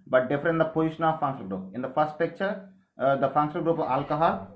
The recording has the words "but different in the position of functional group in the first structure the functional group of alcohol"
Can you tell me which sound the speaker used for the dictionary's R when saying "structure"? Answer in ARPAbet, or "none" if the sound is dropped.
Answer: none